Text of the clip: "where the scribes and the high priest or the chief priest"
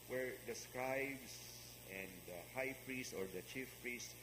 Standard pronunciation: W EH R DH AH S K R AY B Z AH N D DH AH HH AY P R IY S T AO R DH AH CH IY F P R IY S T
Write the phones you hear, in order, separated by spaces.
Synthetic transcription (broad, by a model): W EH R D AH S K AY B S AH N D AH HH AY P R IY S T AO R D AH CH IY F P R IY S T